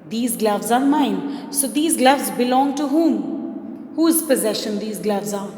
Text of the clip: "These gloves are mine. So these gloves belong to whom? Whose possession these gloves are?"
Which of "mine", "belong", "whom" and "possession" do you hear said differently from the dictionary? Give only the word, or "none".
none